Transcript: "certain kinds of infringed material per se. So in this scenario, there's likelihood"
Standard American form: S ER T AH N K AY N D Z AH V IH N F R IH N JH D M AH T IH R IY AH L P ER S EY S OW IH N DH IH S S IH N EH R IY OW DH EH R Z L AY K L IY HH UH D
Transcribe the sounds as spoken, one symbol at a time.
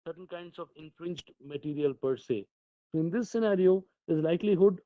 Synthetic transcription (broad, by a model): S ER T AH N K AY N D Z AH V IH N F R IH N JH D M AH T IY R IY AH L P ER S EY S OW IH N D IH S S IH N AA R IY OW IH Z L AY K L IY HH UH D